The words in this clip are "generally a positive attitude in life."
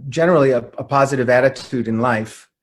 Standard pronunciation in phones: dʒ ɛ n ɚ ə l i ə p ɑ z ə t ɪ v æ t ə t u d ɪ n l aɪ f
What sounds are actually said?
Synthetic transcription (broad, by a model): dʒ ɛ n ɚ l i ə p ɑ z ə t ɪ v æ t ə t u d ɪ n l aɪ f